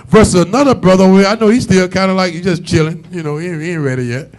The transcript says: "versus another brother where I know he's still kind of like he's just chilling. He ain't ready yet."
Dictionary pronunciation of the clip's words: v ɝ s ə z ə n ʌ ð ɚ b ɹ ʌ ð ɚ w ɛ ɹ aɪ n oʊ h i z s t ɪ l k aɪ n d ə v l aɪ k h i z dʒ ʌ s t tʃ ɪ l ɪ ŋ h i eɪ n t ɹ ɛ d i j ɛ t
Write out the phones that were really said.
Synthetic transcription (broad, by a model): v ɝ s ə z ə n ʌ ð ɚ b ɹ ʌ ð ɚ w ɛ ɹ aɪ n oʊ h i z s t ɪ l k aɪ n d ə l aɪ k h i z dʒ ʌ s tʃ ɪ l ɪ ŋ h i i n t ɹ ɛ d i j ɛ t